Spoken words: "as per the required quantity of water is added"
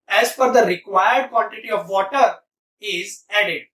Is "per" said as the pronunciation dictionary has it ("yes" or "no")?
no